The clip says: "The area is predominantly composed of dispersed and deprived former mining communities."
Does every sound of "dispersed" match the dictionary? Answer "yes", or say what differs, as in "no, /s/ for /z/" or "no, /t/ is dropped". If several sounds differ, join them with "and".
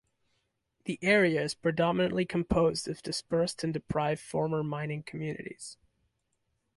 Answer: yes